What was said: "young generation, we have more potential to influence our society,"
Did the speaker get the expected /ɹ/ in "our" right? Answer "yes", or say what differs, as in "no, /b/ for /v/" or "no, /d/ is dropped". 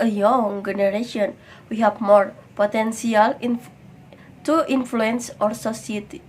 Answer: yes